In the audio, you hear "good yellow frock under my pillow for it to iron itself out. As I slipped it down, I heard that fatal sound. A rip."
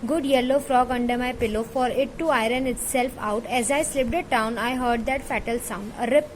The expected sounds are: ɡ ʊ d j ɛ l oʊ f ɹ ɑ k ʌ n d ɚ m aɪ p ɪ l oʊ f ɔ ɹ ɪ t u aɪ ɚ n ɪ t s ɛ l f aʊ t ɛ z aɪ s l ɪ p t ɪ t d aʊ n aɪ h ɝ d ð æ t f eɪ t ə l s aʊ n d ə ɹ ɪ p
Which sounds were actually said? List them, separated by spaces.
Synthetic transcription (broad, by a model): ɡ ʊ d j ɛ l oʊ f ɹ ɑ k ʌ n d ɚ m aɪ p ɪ l oʊ f ɔ ɹ ɪ t u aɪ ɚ n ɪ t s ɛ l f aʊ t ɛ z aɪ s l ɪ p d ɪ t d aʊ n aɪ h ɝ d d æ t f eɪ t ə l s aʊ n d ə ɹ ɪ p